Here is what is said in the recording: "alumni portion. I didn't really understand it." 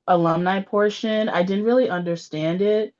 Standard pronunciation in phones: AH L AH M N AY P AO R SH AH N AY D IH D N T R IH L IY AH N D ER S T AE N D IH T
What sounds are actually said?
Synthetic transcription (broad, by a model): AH L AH M N AY P AO R SH AH N AY D IH D N T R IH L IY AH N D ER S T AE N D IH T